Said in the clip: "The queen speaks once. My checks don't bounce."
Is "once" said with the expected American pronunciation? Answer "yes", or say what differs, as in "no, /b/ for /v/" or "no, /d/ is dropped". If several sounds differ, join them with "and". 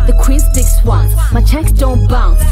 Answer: no, /s/ is dropped